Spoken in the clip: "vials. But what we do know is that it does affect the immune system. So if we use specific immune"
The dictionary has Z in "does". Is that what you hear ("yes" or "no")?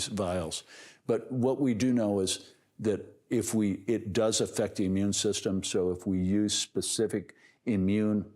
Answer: yes